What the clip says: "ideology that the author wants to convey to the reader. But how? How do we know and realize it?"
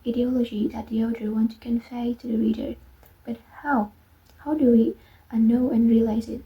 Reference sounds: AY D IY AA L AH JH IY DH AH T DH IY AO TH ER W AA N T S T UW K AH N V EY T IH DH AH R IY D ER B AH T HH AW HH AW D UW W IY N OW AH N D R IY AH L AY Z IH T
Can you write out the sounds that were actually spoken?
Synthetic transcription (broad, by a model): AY D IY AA L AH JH IY DH AH T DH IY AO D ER W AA N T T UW K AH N F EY T IH DH AH R IY D ER B AH T HH AW HH AW D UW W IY N OW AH N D R IY AH L AY Z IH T